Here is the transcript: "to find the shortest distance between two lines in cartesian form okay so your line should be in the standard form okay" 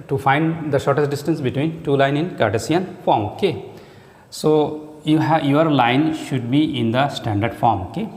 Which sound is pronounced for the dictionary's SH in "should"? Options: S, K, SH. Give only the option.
SH